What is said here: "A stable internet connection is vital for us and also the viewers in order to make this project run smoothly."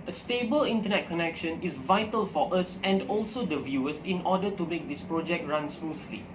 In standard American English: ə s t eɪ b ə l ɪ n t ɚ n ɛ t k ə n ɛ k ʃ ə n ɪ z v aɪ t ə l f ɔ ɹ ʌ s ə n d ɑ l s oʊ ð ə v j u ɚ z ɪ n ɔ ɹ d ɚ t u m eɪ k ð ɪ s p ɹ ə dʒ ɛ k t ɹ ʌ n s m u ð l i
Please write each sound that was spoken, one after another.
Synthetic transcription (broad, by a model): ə s t eɪ b ə l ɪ n t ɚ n ɛ t k ə n ɛ k ʃ ə n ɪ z v aɪ t ə l f ɔ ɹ ʌ s ə n d ɑ l s oʊ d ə v j u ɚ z ɪ n ɔ d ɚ t u m eɪ k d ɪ s p ɹ ə dʒ ɛ k t ɹ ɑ n s m u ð l i